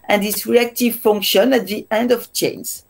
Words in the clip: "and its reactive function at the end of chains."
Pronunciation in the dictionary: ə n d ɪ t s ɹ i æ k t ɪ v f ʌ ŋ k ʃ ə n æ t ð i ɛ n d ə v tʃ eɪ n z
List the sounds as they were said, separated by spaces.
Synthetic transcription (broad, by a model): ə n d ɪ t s ɹ i æ k t ɪ v f ʌ ŋ k ʃ ə n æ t ð i ɛ n d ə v tʃ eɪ n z